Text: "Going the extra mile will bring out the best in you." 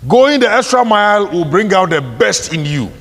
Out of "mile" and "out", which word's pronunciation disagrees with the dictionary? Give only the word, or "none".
none